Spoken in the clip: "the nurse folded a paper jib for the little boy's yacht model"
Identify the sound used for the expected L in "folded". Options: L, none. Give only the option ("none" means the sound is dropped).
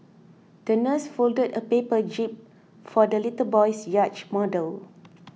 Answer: L